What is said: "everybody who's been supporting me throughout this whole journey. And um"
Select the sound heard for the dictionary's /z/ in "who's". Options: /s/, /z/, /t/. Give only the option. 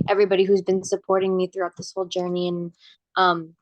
/z/